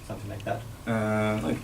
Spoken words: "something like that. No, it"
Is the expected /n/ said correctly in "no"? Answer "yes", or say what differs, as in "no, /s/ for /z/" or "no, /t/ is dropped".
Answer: no, /l/ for /n/